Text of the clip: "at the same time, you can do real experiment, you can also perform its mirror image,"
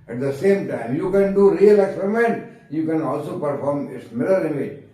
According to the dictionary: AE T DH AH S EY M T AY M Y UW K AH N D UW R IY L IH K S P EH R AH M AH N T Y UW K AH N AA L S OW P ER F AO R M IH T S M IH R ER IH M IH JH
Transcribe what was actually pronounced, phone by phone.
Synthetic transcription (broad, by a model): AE T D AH S EY M T AY M Y UW K AH N D UW R IY L IH K S P EH R AH M AH N T Y UW K AH N AA L S OW P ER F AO R M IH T S M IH L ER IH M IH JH